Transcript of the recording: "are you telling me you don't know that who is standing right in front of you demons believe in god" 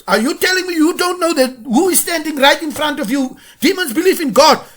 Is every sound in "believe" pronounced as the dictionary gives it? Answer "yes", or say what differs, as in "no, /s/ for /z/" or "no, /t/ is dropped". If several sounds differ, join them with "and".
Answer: no, /f/ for /v/